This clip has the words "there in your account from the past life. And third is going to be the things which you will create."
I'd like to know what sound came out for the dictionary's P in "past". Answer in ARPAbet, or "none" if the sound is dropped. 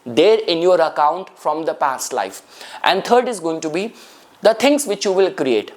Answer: P